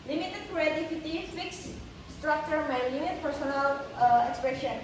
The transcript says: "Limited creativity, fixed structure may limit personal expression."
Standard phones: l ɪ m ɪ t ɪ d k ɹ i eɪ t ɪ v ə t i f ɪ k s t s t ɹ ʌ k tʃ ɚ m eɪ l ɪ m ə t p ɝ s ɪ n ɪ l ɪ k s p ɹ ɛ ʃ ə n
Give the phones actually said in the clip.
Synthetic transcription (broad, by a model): l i m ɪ t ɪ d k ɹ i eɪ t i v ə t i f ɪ k s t s t ɹ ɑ k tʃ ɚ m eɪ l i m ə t p ɝ s ɪ n ɪ l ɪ k s p ɹ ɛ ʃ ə n